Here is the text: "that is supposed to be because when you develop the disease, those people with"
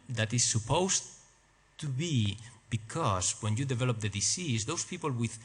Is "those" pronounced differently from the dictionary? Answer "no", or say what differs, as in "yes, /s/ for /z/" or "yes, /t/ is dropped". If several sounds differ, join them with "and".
yes, /s/ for /z/